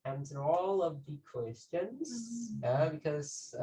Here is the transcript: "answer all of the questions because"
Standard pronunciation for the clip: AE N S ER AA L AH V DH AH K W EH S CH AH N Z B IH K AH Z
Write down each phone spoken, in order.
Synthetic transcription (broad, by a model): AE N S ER AA L AH V DH AH K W EH S CH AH N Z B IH K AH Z